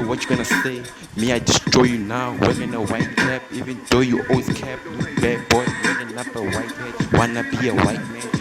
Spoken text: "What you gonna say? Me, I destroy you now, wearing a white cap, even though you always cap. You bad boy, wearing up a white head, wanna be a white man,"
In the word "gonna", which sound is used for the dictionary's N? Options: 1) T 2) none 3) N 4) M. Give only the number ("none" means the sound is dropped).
3